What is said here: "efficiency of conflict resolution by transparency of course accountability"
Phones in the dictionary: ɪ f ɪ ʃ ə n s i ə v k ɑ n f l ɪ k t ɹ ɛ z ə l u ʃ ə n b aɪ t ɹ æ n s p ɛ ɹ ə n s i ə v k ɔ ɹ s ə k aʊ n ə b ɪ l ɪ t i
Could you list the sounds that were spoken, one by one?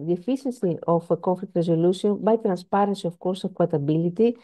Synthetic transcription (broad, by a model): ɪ f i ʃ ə n s i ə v k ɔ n f l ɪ k t ɹ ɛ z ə l u s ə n b aɪ t ɹ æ n s p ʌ ɹ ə n s i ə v k ɔ ɹ s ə k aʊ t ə b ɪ l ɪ t i